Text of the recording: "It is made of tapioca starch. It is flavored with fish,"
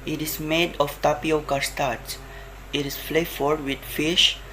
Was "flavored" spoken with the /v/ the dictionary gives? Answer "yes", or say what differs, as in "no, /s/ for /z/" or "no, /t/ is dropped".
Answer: no, /f/ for /v/